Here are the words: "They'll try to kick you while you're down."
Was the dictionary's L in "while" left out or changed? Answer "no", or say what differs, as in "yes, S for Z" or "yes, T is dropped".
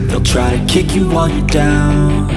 yes, N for L